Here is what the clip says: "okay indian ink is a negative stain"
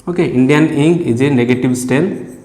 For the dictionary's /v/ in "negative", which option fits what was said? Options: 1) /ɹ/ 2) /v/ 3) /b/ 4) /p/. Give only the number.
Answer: 3